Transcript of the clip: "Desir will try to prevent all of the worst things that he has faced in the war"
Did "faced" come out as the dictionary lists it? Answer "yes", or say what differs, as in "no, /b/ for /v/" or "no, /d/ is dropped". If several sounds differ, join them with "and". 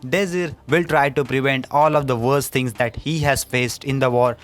yes